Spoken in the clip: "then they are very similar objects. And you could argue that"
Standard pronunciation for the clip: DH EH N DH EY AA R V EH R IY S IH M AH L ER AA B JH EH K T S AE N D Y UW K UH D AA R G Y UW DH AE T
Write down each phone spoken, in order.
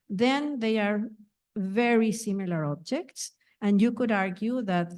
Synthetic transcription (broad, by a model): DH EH N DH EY AA R V EH R IY S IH M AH L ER AA B JH EH K T S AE N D Y UW K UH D AA R G Y UW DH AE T